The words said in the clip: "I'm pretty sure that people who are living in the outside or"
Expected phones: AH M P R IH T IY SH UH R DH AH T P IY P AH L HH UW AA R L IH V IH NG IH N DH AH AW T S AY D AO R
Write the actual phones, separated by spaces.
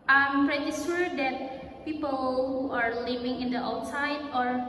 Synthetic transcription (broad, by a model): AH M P R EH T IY S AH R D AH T P IY P AH L HH UW AA R L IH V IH NG IH N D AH AW T S AY D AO R